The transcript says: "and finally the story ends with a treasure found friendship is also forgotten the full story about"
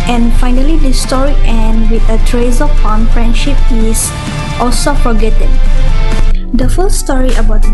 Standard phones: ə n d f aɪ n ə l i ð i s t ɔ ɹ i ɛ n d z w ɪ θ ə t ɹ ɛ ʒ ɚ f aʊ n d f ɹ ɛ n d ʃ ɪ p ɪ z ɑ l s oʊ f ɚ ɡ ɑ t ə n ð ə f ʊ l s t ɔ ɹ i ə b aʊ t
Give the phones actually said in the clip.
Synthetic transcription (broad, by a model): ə n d f aɪ n ə l i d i s t ɔ ɹ i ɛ n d w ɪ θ ə t ɹ ɛ z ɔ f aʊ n f ɹ ɛ n d ʃ ɪ p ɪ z ɑ l s oʊ f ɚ ɡ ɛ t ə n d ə f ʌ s s t ɔ ɹ i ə b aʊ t